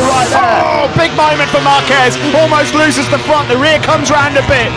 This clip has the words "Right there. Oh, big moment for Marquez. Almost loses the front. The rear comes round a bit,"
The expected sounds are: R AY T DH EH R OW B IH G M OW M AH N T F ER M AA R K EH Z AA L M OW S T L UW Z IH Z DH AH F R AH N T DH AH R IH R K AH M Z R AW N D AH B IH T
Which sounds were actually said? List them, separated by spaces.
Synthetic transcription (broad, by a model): R AY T OW B IH G M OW M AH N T F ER M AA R K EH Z AA L M OW S T L UW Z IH Z DH AH F R AH N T DH AH R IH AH K AH M Z R AW N D AH B IH T